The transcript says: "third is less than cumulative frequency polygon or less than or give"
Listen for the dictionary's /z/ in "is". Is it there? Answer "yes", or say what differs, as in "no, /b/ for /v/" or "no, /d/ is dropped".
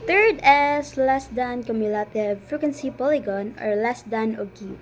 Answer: no, /s/ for /z/